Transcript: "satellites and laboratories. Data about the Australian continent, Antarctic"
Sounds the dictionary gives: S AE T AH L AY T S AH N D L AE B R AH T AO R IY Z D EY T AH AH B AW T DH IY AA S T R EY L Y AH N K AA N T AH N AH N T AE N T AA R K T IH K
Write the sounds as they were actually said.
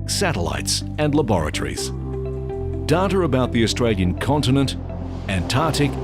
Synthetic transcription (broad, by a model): S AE T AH L AY T S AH N L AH B R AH T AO R IY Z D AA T AH AH B AW T DH IY AA S T R EY L Y AH N K AA N T AH N AH N T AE N T AA R T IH K